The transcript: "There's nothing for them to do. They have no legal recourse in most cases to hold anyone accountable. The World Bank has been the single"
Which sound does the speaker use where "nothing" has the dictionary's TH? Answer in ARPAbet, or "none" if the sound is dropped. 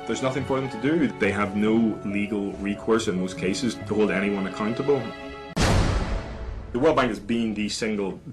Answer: TH